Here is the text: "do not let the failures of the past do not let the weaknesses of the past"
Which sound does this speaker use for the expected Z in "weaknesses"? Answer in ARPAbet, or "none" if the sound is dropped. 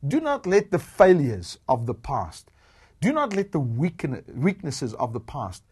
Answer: Z